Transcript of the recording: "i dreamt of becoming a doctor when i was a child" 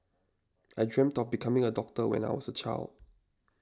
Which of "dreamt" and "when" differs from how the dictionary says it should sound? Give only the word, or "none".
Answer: none